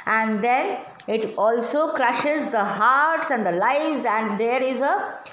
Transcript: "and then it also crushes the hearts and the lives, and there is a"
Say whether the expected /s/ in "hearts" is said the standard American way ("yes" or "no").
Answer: yes